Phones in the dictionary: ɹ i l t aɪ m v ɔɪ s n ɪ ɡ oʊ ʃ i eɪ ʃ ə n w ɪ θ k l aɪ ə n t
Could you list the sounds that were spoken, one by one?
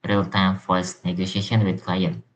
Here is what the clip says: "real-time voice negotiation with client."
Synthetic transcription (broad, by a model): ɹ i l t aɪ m f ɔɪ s n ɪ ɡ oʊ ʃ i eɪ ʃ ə n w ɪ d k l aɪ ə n